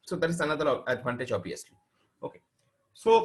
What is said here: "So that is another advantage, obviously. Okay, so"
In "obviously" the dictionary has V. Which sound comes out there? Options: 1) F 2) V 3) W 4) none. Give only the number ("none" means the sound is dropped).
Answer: 4